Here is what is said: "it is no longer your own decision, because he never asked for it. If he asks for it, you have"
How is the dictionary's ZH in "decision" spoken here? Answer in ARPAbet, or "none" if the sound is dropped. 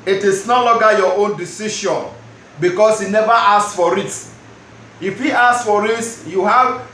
SH